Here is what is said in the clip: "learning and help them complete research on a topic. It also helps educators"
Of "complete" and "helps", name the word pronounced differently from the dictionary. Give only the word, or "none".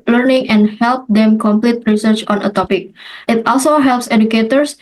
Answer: none